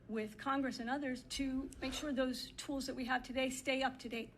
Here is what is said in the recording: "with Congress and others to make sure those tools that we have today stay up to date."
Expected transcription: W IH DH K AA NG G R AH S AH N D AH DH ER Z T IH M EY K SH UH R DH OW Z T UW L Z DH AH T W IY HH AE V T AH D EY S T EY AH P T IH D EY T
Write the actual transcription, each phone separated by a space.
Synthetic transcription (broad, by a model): W IH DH K AA NG G R AH S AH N AH DH ER Z T IH M EY K SH UH R DH OW Z T UW L Z DH AH T W IY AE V T AH D EY S T EY AH P T IH D EY T